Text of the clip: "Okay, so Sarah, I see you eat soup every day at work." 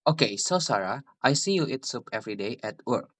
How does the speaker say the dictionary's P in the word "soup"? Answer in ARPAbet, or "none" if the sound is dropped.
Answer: P